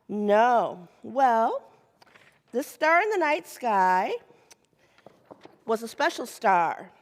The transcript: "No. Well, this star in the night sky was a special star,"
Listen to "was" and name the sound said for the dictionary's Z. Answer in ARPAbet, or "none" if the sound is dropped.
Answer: Z